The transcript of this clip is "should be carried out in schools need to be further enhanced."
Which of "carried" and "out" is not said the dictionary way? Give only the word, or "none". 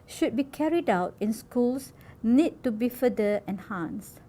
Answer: none